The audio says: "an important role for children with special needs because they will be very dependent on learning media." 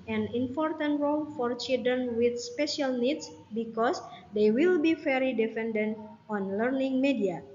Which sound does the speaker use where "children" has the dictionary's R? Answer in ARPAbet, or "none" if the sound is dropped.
none